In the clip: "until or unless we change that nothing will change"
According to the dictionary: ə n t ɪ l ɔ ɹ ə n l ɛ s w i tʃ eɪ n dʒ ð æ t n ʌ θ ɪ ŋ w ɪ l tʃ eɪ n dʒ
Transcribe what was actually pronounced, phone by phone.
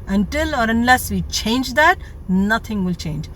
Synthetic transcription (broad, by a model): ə n t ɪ l ɔ ɹ ə n l ɛ s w i tʃ eɪ n dʒ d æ t n ʌ t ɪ ŋ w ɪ l tʃ eɪ n dʒ